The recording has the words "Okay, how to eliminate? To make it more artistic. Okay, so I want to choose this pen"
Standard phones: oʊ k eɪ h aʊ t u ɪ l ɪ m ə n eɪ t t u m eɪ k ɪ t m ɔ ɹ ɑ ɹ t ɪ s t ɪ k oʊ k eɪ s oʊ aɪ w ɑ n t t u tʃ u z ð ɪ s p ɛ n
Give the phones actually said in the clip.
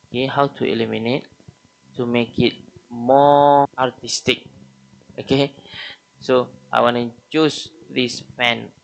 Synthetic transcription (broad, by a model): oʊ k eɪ h aʊ t u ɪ l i m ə n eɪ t t u m eɪ k ɪ t m ɔ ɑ ɹ t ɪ s t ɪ k oʊ k eɪ s oʊ aɪ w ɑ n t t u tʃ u s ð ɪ s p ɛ n